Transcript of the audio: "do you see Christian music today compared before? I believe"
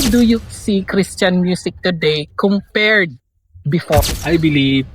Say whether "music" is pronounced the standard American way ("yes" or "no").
no